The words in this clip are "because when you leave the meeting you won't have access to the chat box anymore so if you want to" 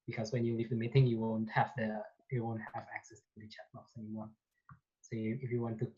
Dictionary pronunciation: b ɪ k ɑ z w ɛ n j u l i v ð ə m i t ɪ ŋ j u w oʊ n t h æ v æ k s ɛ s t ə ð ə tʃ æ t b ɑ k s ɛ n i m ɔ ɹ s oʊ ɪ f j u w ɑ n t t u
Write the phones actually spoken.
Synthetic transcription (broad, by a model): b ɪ k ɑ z w ɛ n j u l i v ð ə m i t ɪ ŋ j u w oʊ n t h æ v æ k s ɛ s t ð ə tʃ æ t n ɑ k s ɛ n i m ɔ ɹ s oʊ ɪ f j u w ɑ n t t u